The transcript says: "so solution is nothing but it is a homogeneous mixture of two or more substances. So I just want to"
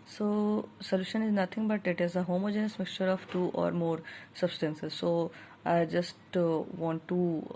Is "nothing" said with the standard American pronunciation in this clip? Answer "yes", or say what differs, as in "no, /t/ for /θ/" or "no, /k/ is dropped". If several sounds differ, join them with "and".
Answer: no, /t/ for /θ/